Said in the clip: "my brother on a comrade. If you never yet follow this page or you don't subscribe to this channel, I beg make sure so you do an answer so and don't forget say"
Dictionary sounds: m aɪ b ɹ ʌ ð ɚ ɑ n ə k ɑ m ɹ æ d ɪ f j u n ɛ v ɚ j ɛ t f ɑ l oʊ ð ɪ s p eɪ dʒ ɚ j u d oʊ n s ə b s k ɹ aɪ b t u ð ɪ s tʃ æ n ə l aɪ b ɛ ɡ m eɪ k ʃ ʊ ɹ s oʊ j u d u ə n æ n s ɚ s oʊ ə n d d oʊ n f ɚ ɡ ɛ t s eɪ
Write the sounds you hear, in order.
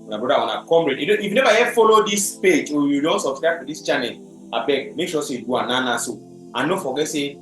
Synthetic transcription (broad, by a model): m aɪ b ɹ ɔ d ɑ ɑ n ə k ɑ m ɹ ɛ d ɪ f j u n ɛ v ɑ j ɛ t f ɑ l oʊ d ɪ s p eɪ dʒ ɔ j u d oʊ n s ə b s k ɹ aɪ b t u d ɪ s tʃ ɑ n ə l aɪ b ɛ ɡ m eɪ k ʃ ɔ s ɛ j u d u ə n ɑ n ɑ s oʊ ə n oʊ f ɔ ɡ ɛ t s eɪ